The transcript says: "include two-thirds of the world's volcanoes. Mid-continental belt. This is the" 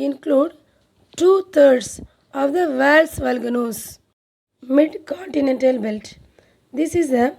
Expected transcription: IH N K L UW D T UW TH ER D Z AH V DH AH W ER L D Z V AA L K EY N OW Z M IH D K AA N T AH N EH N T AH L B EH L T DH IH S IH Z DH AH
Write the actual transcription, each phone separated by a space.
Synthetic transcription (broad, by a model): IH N K L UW D T UW T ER D S AH V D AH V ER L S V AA L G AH N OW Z M IH D K AA N T AH N EH N T AH L B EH L T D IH S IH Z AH